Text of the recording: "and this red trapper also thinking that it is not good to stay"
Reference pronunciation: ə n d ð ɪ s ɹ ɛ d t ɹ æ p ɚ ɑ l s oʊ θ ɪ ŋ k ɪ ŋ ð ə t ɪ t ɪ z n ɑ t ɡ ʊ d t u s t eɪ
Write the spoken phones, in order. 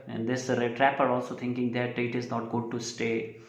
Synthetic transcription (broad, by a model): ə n d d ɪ s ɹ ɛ t ɹ æ p ɚ ɑ l s oʊ t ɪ ŋ k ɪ ŋ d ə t ɪ t ɪ z n ɑ t ɡ ʊ d t u s t eɪ